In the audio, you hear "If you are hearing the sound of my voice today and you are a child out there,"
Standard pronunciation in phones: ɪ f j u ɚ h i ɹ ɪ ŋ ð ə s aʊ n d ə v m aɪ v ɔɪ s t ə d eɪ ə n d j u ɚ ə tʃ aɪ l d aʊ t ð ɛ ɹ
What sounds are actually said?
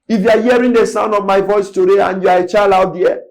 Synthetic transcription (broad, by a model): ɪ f j u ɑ h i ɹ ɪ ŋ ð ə s aʊ n d ə v m aɪ v ɔɪ s t ə d eɪ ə n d j u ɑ ə tʃ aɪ l aʊ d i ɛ